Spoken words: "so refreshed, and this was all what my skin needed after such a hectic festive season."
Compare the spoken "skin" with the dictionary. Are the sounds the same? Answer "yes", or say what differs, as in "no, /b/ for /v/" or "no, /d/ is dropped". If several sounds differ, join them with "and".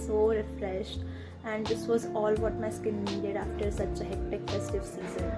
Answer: yes